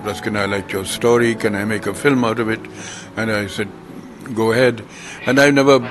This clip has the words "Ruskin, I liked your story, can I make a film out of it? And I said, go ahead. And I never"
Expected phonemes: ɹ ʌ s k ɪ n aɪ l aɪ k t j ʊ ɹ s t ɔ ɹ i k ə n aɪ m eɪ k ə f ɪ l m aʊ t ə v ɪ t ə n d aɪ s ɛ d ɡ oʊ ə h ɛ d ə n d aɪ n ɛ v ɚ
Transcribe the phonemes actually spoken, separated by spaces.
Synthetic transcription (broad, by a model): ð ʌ s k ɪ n aɪ l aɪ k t j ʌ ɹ s t ɔ ɹ i k ə n aɪ m eɪ k ə f ɪ l m aʊ t ə v ɪ t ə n aɪ s ɛ d ɡ oʊ ə h ɛ d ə n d aɪ n ɛ v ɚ